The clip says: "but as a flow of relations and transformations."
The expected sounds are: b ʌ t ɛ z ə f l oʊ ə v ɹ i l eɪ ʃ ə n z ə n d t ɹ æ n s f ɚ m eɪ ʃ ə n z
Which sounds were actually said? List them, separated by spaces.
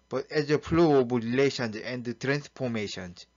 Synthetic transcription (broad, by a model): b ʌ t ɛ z ə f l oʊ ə b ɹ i l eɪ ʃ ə n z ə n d t ɹ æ n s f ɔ m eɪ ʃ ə n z